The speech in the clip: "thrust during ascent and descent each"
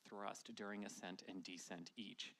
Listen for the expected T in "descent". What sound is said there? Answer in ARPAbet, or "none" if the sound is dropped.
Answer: T